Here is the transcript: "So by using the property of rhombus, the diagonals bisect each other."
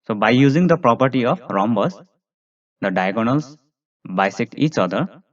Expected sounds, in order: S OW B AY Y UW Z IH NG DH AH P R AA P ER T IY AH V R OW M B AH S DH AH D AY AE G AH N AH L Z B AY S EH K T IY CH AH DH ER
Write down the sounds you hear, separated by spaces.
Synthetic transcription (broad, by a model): S OW B AY Y UW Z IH NG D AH P R AA P ER T IY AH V R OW M B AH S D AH D AY G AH N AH L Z B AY S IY K IY CH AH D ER